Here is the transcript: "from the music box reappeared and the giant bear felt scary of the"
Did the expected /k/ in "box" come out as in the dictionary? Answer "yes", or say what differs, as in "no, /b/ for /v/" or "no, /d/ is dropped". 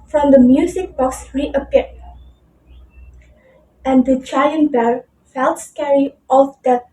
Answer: yes